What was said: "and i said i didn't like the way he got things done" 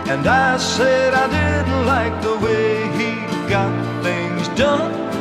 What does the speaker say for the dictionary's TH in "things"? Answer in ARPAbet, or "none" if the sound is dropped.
TH